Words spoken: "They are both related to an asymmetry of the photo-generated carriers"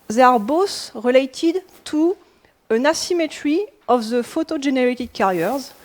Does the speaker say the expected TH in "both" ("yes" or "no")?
no